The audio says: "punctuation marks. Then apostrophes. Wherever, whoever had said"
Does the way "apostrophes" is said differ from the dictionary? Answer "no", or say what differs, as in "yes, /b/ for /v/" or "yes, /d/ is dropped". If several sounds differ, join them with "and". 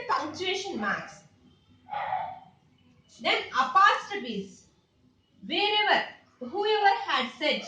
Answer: yes, /ɹ/ is dropped